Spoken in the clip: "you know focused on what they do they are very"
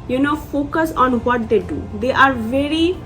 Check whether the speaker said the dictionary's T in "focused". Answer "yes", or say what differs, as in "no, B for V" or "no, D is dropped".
no, T is dropped